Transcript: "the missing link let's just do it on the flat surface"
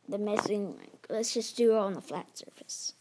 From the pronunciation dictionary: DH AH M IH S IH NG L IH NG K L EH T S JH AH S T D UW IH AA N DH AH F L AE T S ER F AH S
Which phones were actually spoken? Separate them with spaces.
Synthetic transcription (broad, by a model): DH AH M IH S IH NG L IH K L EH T S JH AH S D UW IH N DH AH F L AE T S ER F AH S